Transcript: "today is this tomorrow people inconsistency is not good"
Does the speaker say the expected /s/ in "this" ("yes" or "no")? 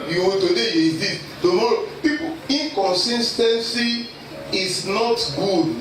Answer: no